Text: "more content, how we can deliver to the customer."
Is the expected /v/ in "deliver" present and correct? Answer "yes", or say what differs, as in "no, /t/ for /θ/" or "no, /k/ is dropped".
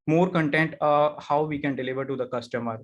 yes